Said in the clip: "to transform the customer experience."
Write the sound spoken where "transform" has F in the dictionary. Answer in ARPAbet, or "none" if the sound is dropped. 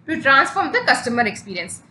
F